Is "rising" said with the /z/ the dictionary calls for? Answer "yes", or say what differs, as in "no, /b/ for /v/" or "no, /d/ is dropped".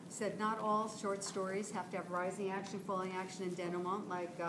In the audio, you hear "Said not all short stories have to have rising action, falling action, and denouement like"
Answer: yes